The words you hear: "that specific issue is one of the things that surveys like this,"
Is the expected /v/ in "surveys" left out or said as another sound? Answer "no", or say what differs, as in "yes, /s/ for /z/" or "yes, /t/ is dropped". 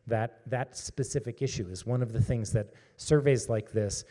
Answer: no